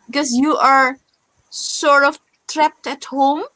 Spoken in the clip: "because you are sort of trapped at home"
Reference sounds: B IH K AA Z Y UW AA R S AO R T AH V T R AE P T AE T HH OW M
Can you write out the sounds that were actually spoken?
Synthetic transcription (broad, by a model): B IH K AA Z Y UW AA R S AO R T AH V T R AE P T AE T HH OW M